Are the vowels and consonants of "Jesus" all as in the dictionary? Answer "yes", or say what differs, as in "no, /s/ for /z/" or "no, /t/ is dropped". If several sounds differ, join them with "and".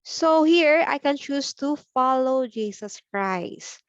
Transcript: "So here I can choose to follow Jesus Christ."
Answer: no, /s/ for /z/